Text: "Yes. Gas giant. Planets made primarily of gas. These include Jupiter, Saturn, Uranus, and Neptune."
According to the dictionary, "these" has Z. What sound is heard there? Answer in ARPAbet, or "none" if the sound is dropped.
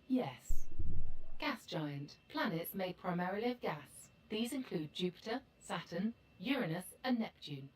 Z